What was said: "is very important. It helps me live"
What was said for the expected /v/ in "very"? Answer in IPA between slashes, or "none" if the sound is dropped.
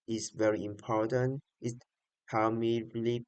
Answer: /v/